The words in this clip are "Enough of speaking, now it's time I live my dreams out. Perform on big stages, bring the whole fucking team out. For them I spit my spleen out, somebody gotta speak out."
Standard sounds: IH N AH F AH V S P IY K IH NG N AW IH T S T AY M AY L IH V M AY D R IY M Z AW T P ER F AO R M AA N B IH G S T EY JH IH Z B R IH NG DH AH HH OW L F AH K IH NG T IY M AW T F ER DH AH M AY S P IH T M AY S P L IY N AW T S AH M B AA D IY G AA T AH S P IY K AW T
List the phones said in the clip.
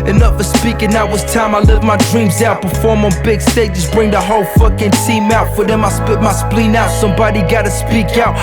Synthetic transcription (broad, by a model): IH N AH F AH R S P IY K IH NG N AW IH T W T AY M AY L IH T M AY D R IY M Z AW T B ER F AO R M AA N B IH G S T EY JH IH S B R IH NG DH AH HH OW L F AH K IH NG T IY M AW T F ER DH AH M AY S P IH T M AY S P L IY N AW T S AH M B AA D IY G AA T AH S P IY K AW T